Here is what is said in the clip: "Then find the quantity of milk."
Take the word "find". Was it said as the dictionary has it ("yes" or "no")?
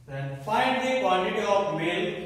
yes